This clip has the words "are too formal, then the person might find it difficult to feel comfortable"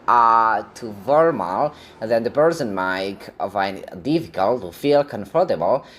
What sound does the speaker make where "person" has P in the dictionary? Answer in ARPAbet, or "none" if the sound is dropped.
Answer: B